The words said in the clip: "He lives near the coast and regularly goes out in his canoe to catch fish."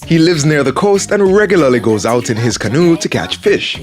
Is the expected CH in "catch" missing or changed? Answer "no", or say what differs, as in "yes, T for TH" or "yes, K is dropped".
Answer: no